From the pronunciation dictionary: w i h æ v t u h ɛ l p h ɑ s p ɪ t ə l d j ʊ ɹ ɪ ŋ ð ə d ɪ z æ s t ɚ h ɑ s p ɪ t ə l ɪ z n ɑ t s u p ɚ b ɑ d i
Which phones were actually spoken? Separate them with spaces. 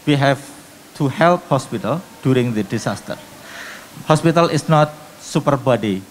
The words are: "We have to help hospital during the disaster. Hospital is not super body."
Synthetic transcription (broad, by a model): w i h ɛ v t u h ɛ l p h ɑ s p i t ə l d j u ɹ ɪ ŋ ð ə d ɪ s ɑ s t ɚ h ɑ s p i t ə l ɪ s n ɑ t s u p ɚ b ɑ d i